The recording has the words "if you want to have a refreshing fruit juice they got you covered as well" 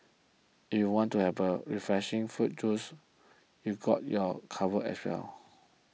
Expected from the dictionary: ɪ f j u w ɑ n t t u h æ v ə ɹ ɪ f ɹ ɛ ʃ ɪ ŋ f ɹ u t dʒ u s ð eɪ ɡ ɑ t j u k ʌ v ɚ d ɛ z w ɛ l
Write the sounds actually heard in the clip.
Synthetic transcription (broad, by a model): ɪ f j u w ɑ n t t u h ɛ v ə ɹ ɪ f ɹ ɛ ʃ ɪ ŋ f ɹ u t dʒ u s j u ɡ ɑ t j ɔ k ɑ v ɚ ɛ s w ɛ l